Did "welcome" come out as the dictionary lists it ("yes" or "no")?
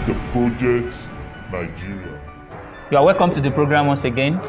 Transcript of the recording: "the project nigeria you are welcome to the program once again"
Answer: yes